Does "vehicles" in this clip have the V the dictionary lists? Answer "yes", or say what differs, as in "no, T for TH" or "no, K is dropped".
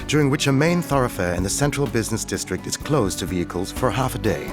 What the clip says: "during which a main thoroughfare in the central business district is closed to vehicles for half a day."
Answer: yes